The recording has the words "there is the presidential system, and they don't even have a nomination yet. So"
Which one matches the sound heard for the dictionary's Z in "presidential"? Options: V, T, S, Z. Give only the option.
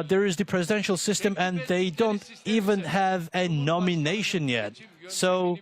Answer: Z